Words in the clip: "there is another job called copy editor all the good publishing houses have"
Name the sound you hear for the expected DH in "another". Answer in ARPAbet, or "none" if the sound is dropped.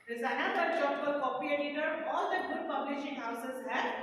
none